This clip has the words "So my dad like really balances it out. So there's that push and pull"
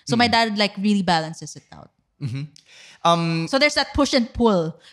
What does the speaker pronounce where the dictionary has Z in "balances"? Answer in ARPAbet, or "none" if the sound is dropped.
S